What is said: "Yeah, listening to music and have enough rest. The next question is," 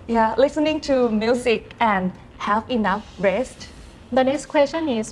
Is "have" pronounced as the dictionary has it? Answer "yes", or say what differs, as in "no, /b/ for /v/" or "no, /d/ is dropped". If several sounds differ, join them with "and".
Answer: no, /f/ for /v/